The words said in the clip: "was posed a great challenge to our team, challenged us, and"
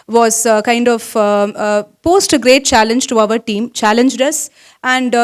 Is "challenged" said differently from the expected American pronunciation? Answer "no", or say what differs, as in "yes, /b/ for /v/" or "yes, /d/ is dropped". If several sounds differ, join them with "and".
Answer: no